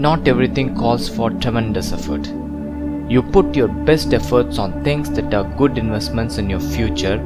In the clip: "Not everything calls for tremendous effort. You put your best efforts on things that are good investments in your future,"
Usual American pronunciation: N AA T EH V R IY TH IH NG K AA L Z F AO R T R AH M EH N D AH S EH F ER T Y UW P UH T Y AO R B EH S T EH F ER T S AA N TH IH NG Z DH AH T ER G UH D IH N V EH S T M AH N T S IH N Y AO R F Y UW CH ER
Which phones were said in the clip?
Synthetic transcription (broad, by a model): N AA T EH V R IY T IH NG K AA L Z F AO R T R AH M EH N D AH S EH F ER T Y UW P UH T Y AO R B EH S T EH F ER T S AA N T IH NG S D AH T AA G UH D IH N V EH S T M AH N T S IH N Y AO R F Y UW CH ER